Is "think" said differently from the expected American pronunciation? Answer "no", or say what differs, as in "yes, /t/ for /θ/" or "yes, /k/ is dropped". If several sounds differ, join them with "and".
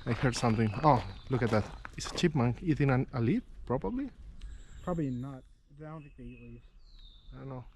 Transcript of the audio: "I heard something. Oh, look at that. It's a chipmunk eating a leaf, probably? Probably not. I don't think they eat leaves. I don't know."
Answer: yes, /t/ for /θ/ and /ŋ/ is dropped